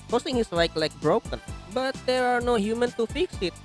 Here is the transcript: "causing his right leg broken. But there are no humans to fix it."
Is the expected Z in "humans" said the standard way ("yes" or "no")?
no